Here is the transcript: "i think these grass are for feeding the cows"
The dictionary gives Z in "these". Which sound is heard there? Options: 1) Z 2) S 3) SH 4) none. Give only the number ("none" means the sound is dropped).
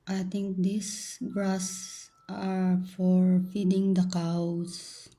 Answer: 2